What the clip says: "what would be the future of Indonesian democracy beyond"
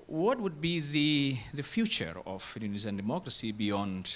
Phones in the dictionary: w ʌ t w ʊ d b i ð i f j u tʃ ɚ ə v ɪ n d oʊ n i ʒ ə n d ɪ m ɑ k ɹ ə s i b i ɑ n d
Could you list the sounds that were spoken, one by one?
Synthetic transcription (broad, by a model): w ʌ t w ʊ d b i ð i f j u tʃ ɚ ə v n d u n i z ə n d ɪ m ɑ k ɹ ə s i b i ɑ n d